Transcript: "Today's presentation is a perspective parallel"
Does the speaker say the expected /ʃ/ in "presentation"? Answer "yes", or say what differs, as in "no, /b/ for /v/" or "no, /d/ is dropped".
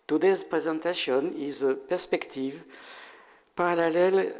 no, /s/ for /ʃ/